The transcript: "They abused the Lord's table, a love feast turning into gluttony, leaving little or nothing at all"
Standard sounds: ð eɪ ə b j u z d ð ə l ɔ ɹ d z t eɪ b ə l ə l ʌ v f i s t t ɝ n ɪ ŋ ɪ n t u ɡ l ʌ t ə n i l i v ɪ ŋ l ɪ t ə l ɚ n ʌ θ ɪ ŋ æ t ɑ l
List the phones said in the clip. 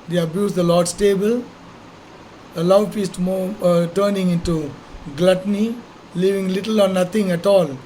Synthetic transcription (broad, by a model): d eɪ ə b j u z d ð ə l ɔ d s t eɪ b ə l ə l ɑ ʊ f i s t t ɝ n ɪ ŋ ɪ n t u ɡ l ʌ t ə n i l i v ɪ ŋ l ɪ t ə l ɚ n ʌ t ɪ ŋ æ t ɑ l